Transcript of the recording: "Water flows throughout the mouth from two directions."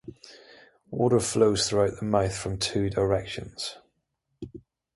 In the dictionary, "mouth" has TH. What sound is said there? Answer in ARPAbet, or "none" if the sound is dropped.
TH